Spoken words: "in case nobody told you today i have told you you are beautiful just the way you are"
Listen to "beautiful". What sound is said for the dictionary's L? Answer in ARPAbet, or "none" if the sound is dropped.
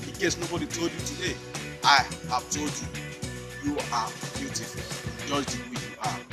N